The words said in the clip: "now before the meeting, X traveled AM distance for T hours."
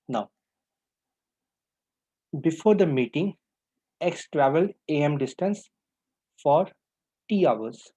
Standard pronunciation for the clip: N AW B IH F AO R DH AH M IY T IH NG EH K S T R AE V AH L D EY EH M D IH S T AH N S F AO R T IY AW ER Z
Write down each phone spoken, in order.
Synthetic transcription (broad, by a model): N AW B IH F AO R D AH M IY T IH NG EH K S T R AE V AH L D EY EH M D IH S T AH N S F AO R T IY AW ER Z